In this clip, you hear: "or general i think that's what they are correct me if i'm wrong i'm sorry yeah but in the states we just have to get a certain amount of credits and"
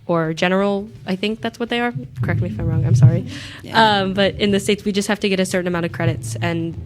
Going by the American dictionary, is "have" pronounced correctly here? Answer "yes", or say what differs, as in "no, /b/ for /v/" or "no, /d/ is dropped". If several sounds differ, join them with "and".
no, /f/ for /v/